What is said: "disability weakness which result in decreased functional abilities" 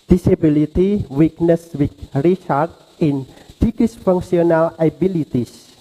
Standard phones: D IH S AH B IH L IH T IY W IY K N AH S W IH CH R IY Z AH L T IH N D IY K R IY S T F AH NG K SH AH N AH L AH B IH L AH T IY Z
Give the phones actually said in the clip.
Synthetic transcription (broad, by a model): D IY S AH B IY L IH T IY W IY K N AH S W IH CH R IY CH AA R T IH N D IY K IY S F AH NG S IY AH N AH L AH B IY L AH T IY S